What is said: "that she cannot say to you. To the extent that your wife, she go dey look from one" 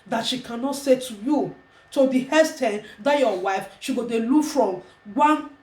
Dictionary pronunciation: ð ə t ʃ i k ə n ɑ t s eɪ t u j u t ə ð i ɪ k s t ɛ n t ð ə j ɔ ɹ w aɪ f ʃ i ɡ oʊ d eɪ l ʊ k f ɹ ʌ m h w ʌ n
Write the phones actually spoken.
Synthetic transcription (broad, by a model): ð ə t ʃ i k ə n ɑ t s eɪ t u j u t ə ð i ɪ s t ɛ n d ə j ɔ w aɪ f ʃ i ɡ oʊ d eɪ l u f ɹ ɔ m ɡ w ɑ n